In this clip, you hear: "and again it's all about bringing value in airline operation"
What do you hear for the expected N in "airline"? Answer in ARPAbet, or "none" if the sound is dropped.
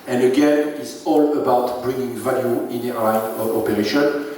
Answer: none